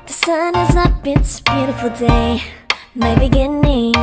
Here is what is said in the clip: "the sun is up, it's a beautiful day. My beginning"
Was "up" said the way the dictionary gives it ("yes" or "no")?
no